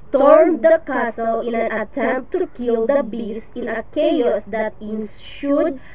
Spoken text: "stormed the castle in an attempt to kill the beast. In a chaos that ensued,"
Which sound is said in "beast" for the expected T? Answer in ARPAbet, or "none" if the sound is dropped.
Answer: none